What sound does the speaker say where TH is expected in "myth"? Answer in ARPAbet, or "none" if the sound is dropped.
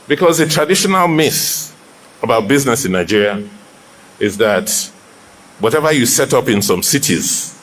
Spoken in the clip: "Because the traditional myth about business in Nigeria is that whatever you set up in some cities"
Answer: S